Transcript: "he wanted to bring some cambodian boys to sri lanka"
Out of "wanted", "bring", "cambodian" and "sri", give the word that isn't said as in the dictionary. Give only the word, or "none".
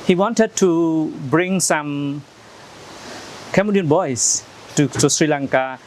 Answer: cambodian